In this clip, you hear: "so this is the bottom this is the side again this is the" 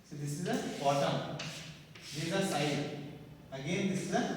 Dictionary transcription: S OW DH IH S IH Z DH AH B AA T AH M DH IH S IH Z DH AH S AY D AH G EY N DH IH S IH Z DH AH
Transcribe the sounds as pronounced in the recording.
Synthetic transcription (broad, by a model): S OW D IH S IH Z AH B AA T AH M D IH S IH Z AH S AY AH G EY N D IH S IH Z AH